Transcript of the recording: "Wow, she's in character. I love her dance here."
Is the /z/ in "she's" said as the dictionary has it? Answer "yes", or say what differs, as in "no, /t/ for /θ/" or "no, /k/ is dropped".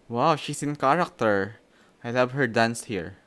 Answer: no, /s/ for /z/